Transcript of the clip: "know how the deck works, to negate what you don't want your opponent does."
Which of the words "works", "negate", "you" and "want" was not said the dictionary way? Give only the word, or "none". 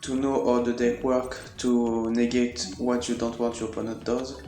works